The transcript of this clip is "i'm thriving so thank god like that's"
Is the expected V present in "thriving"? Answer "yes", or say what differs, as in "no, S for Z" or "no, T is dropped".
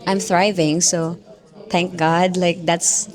yes